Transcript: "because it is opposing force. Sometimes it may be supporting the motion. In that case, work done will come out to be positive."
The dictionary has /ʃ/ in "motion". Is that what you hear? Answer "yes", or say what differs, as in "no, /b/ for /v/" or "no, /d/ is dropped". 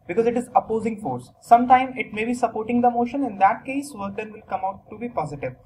yes